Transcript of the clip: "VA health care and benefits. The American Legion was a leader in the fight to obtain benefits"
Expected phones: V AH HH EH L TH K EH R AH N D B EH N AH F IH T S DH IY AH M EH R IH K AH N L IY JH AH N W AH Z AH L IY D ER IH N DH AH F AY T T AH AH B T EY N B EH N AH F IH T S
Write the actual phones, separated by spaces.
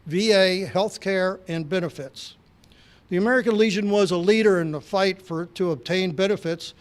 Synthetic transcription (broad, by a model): V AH HH EH L TH K EH R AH N B EH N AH F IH T S DH IY AH M EH R IH K AH N L IY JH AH N W AH Z AH L IY D ER IH N DH AH F AY T T AH AH B T EY N B EH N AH F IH T S